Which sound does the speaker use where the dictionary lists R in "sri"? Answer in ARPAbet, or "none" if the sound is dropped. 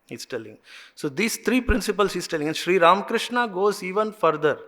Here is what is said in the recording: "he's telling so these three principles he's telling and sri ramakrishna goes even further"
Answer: R